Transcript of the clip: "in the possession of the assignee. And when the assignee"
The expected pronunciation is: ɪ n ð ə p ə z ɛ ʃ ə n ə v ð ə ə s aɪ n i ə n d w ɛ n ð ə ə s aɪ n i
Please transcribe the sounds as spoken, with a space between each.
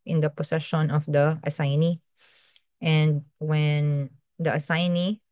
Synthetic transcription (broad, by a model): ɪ n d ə p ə s ɛ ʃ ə n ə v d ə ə s aɪ n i ə n d w ɛ n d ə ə s aɪ n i